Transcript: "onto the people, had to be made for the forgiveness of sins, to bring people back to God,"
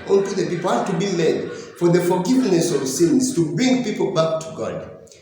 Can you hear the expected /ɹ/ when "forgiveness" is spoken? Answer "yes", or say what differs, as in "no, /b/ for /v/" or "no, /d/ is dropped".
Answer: yes